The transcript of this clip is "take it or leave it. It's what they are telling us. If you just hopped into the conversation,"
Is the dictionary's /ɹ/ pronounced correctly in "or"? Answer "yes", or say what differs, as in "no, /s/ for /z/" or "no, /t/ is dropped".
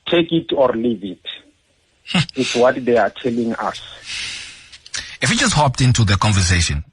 yes